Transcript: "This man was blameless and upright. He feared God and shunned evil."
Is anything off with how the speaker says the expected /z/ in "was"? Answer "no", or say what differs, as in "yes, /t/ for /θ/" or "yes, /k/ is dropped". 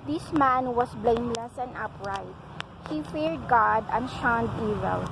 yes, /s/ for /z/